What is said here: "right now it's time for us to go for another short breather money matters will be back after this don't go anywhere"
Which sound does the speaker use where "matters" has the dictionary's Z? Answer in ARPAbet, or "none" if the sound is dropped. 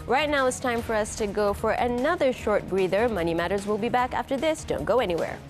Z